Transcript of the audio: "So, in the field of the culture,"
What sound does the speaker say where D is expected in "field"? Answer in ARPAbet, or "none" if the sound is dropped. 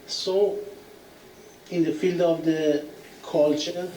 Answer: D